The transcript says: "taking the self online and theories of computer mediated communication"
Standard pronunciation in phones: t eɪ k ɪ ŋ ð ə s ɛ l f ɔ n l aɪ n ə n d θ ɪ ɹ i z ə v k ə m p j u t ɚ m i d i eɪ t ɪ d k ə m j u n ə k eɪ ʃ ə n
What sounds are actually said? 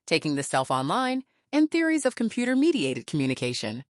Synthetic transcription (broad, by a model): t eɪ k ɪ ŋ ð ə s ɛ l f ɔ n l aɪ n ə n θ ɪ ɹ i z ə v k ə m p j u t ɚ m i d i eɪ t ɪ d k m j u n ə k eɪ ʃ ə n